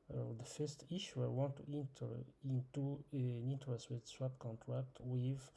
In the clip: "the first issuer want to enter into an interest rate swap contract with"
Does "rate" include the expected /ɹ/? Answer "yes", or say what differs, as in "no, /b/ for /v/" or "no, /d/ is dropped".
no, /w/ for /ɹ/